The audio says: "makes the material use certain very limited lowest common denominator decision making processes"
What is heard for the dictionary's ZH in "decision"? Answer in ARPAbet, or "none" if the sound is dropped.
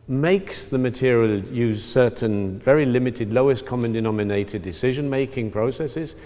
ZH